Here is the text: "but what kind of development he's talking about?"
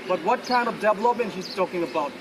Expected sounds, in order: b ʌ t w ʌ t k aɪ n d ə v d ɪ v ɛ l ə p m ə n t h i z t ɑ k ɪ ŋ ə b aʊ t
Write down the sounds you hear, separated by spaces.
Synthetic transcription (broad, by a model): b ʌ t w ʌ t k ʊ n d ə v d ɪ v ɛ l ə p m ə n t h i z t ɑ k ɪ ŋ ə b aʊ t